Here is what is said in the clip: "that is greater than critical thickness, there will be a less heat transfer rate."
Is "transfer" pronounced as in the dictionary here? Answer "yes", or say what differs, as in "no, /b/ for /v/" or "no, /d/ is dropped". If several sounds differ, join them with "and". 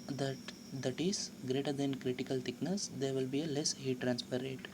no, /p/ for /f/